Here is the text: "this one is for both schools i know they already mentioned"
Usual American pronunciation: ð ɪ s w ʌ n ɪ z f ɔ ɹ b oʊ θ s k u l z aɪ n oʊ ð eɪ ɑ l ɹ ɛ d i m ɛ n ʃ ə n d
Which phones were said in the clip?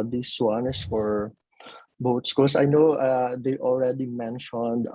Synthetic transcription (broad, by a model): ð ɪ s w ʌ n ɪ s f ɔ ɹ b oʊ t s k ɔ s aɪ n oʊ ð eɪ ɑ l ɹ ɛ d i m ɛ n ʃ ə n d